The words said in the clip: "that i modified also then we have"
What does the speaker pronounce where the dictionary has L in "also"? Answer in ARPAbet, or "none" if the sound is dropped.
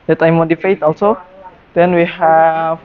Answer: L